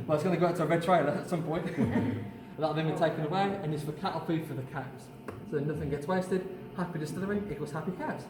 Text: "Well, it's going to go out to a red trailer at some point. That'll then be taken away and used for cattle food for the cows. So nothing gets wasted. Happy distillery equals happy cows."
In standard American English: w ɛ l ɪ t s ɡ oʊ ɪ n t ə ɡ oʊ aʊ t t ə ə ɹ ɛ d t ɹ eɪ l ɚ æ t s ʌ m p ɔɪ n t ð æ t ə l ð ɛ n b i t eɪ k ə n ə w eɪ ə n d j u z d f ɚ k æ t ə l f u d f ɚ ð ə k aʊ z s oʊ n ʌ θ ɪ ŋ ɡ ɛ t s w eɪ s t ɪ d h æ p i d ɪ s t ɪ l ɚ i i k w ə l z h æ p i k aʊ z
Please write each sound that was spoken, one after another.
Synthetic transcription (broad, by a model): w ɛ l ɪ t s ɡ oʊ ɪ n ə ɡ oʊ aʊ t t ə ə ɹ ɛ d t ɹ eɪ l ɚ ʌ t s ʌ m p ɔɪ n t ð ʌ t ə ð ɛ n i t eɪ k ə n ə w eɪ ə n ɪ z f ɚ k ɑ t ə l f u f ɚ ð ə k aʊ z s oʊ n ʌ θ ɪ ŋ ɡ ɛ t s w eɪ s t ɪ d h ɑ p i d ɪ s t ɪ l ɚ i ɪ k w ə z h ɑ p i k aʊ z